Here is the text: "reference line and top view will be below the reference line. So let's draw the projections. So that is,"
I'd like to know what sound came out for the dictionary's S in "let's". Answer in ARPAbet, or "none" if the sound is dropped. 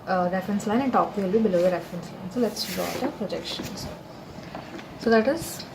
S